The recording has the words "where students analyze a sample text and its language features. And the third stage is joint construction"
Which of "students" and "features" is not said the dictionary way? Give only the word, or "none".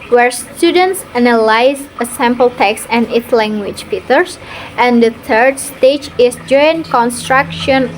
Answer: features